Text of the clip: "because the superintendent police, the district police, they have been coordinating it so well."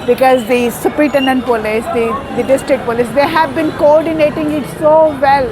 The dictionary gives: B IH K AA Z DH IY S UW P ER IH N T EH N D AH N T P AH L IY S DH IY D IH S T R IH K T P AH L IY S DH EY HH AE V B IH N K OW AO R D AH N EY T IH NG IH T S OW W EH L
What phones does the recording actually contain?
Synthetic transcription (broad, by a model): B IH K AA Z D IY S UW P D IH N T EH N D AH N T P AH L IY S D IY D IH S T R IH K T P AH L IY S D EY HH AE V B IH N K OW AO R D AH N EY T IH NG IH T S OW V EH L